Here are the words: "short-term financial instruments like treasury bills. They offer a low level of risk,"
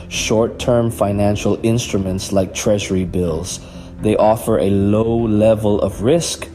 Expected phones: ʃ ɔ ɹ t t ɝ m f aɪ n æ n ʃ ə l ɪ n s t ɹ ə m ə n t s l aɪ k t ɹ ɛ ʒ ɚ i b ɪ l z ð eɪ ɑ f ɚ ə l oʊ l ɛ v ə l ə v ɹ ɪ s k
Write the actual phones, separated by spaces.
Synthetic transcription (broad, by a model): ʃ ɔ ɹ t t ɝ m f aɪ n æ n ʃ ə l ɪ n s t ɹ ə m ə n t s l aɪ k t ɹ ɛ ʒ ɚ i b ɪ l z ð eɪ ɑ f ɚ ə l oʊ l ɛ v ə l ə v ɹ ɪ s k